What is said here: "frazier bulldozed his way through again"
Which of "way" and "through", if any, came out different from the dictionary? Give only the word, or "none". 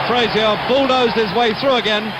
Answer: none